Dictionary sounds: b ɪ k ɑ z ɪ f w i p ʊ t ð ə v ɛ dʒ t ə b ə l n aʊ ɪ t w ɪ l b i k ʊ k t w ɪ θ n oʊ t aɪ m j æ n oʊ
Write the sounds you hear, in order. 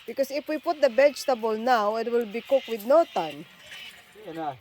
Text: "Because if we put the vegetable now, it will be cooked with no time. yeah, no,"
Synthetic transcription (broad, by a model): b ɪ k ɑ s ɪ f w i p ʊ t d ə b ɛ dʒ t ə b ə l n aʊ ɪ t w ɪ l b i k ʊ k w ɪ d n oʊ t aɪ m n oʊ